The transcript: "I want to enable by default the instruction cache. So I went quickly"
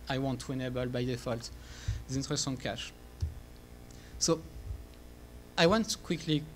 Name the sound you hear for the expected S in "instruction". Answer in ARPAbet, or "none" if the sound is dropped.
none